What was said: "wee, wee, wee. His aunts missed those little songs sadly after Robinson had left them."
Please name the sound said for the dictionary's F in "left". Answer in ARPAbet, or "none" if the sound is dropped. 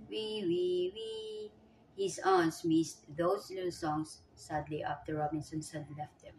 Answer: F